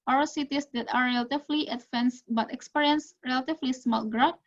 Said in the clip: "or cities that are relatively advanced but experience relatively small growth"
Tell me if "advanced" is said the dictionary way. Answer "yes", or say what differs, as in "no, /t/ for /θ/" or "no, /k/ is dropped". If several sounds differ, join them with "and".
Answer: no, /f/ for /v/